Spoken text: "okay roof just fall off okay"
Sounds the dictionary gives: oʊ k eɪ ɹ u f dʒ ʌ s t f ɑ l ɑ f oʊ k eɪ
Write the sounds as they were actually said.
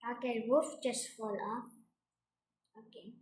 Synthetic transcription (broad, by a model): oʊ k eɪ w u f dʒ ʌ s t f ɑ l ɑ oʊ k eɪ